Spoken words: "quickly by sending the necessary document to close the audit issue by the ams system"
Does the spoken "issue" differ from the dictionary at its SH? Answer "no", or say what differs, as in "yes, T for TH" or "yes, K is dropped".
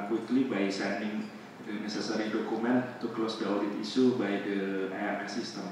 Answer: yes, S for SH